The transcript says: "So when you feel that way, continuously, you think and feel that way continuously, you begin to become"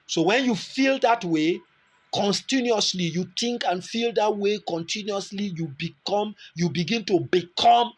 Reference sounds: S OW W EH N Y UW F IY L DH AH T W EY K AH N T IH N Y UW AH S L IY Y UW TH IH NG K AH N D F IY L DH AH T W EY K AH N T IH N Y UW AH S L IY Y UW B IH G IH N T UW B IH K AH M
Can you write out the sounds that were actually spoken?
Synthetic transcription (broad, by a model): S OW W EH N Y UW F IY L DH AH T W EY K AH N T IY N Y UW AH S L IY Y UW T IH NG K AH N F IY L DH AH T W EY K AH N T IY N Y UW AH S L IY Y UW B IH G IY N T UW B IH K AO M